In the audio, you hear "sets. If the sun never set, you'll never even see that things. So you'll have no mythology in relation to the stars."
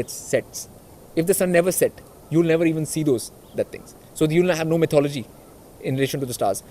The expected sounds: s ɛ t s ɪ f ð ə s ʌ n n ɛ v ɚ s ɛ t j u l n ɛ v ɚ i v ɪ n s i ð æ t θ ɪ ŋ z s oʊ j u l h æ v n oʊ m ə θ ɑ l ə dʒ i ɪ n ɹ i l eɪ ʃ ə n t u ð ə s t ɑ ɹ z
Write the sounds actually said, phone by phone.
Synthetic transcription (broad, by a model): s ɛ t s ɪ f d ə s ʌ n n ɛ v ɚ s ɛ t j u l n ɛ v ɚ i v ɪ n s i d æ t t ɪ ŋ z s oʊ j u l h æ v n oʊ m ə t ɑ l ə dʒ i ɪ n ɹ i l eɪ ʃ ə n t u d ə s t ɑ ɹ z